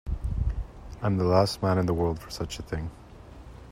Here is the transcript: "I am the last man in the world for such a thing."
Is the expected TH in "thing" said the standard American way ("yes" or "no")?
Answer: yes